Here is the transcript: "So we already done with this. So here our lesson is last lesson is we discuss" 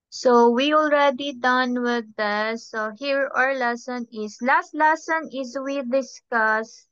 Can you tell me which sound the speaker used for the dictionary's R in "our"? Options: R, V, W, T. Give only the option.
R